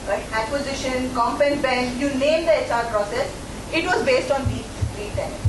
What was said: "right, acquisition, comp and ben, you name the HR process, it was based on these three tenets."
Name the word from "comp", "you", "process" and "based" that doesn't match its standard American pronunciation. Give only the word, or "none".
none